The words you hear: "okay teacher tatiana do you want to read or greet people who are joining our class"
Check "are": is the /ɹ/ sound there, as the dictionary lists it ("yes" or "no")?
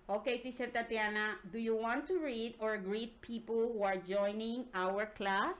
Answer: yes